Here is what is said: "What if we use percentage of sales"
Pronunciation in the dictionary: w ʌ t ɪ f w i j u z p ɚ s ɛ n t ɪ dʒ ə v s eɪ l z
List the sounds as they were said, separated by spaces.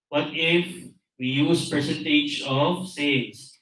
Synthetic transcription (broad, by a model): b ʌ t ɪ f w i j u z p ɚ s ɛ n t ɪ dʒ ə v s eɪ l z